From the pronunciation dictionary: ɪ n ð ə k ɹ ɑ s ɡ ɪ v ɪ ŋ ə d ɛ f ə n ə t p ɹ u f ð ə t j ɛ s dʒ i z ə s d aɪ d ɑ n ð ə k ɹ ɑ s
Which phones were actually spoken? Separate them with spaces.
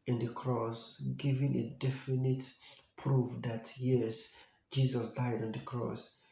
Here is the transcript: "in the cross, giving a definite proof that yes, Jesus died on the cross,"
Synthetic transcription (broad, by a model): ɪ n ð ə k ɹ ɑ s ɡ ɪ v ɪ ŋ ə d ɛ f ə n ə t p ɹ u f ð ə t j ɛ s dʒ i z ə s d aɪ d ɑ n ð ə k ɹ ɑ s